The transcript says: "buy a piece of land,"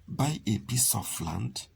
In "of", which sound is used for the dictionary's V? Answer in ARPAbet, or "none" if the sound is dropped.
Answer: F